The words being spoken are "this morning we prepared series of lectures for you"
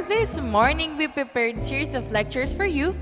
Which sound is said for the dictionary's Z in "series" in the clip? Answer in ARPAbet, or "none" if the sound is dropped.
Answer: S